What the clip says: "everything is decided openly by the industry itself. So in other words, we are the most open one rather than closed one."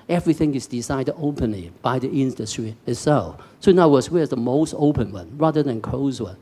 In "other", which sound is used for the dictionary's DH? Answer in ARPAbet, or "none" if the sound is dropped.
none